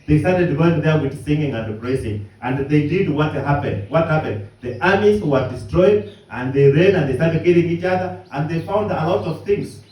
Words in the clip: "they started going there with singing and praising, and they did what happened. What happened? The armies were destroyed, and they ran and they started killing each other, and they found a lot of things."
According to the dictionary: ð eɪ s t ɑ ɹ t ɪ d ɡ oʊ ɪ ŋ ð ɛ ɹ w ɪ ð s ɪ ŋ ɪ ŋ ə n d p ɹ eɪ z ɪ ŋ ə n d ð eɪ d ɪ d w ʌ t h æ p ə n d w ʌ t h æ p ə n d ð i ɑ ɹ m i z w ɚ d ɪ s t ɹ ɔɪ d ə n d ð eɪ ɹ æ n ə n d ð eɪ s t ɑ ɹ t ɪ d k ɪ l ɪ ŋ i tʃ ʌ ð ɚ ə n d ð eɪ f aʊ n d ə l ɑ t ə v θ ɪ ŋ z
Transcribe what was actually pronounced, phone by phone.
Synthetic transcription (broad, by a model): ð eɪ s t ɑ ɹ t ɪ d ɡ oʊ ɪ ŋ ð ɛ ɹ w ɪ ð s ɪ ŋ ɪ ŋ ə n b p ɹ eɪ s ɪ ŋ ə n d ð eɪ d ɪ d w ʌ t h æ p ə n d w ʌ t h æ p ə n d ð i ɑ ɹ m i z w ɚ d ɪ s t ɹ ɔɪ d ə n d ð eɪ ɹ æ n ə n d ð eɪ s t ɑ ɹ t ɪ d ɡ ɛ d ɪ ŋ i tʃ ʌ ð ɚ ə n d ð eɪ f aʊ n d ə l ɑ t ə v θ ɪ ŋ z